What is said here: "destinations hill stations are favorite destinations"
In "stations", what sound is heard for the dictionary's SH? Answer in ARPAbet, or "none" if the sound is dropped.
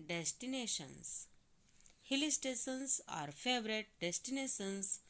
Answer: S